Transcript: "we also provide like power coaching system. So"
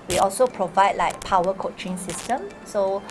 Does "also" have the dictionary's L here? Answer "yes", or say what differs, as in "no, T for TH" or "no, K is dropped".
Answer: yes